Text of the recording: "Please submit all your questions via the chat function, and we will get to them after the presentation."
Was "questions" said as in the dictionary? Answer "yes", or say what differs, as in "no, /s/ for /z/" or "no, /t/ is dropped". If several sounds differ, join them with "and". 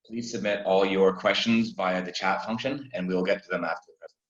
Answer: yes